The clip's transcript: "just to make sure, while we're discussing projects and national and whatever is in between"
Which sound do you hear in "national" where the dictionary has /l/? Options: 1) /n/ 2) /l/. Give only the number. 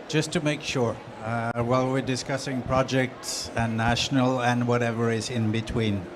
2